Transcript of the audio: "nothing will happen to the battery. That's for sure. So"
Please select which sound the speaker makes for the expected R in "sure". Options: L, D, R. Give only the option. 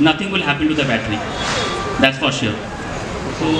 L